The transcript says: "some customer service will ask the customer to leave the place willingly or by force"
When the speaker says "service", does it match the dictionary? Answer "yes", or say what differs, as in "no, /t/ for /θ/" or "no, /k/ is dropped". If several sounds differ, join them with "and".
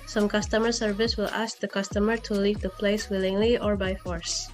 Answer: yes